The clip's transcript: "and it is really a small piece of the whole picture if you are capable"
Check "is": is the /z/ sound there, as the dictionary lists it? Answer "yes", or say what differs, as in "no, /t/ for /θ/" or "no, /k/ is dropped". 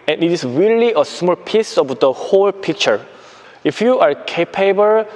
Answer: no, /s/ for /z/